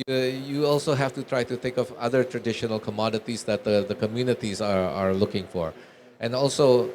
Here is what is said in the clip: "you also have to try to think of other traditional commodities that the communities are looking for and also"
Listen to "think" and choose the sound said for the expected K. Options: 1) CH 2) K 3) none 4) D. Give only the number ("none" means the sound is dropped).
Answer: 2